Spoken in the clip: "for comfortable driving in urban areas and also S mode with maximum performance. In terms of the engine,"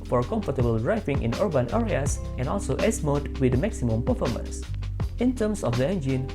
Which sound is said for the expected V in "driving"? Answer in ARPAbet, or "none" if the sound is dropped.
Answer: F